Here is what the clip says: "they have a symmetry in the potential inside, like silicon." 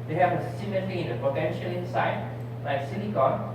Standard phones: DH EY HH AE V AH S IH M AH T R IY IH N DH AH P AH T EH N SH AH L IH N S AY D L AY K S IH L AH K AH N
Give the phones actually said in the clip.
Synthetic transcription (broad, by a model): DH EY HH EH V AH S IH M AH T L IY IH N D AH P AH T EH N SH AH L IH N S AY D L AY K S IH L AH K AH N